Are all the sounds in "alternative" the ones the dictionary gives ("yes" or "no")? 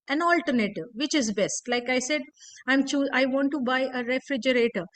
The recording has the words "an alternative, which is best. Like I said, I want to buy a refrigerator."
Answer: yes